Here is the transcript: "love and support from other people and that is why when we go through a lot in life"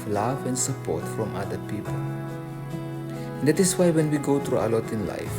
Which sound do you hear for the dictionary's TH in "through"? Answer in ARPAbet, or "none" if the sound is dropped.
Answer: T